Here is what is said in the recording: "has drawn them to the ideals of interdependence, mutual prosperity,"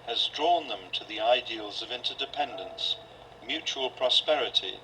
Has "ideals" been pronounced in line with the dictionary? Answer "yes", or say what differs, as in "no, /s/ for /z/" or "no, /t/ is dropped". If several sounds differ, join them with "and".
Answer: yes